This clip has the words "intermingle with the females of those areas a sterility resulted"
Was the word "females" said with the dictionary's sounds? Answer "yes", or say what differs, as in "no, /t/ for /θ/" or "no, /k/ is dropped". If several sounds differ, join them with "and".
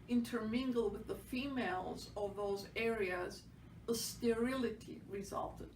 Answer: yes